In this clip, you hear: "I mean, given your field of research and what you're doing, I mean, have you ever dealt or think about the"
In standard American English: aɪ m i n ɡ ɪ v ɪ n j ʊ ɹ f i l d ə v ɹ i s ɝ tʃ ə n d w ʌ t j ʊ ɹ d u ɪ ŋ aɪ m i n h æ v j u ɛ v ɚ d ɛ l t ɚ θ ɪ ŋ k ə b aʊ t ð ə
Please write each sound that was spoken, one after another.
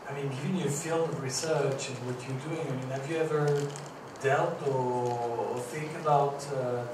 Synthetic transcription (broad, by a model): aɪ m i n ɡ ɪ v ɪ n j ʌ ɹ f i l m ə v ɹ i s ɝ tʃ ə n w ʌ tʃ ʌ ɹ d u ɪ ŋ aɪ m i n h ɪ v j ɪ ɛ v ɚ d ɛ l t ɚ θ ɪ ŋ k ə b aʊ t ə